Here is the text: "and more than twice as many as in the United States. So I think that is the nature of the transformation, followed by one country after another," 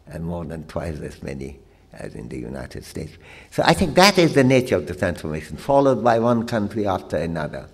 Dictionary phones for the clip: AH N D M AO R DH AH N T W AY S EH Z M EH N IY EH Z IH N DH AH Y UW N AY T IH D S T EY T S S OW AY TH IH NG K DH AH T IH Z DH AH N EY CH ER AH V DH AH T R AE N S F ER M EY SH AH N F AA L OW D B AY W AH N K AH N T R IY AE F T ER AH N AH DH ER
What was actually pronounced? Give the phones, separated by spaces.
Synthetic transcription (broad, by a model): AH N M AO R DH AH N T W AY S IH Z M EH N IY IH Z IH N DH AH Y UW N AY T IH D S T EY T S S OW AY TH IH NG K DH AH T IH Z DH AH N EY CH ER AH V DH AH T R AE N S F ER M EY SH AH N F AA L OW D B AY W AH N K AH N T R IY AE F T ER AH N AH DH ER